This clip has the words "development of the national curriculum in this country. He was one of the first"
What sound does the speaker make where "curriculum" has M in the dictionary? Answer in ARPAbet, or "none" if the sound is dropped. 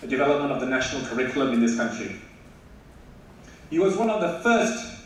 M